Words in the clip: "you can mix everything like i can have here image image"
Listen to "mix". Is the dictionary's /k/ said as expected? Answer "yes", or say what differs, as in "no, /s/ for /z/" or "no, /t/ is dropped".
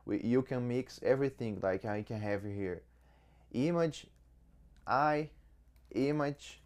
yes